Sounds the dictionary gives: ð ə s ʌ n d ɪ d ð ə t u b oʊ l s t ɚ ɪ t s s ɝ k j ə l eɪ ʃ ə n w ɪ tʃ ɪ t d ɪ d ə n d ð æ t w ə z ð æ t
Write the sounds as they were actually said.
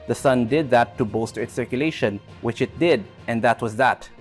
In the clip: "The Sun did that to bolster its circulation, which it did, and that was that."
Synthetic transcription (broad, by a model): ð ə s ʌ n d ɪ d ð ə t u b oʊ s t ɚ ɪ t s s ɝ k j ə l eɪ ʃ ə n w ɪ tʃ ɪ t d ɪ d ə n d ð æ t w ə z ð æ t